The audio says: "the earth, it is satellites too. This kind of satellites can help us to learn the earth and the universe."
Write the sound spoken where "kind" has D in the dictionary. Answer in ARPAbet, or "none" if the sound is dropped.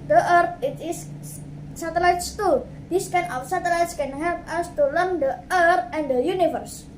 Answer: none